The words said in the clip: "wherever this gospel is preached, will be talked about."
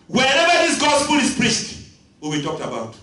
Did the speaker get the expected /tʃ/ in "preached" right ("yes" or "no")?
no